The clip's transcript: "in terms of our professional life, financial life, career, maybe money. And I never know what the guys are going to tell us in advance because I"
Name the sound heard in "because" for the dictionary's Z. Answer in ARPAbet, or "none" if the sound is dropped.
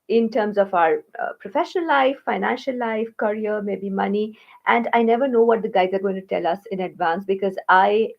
Z